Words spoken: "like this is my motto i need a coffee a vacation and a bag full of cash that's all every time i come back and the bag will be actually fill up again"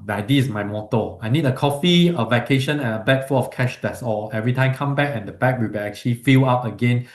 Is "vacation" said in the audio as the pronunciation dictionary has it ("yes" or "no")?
yes